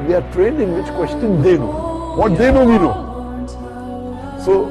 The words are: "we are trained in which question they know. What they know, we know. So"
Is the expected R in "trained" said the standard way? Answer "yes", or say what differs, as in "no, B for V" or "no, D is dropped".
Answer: yes